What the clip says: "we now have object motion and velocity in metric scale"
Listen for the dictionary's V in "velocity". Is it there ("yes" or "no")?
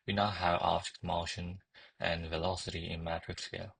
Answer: yes